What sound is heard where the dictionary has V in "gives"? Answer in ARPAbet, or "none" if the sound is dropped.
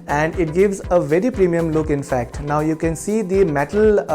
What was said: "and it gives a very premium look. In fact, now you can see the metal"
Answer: V